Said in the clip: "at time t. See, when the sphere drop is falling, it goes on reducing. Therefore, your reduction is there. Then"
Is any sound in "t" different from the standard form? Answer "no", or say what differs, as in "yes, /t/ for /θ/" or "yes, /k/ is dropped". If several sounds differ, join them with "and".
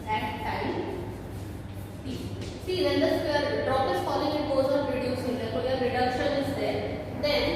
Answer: yes, /s/ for /t/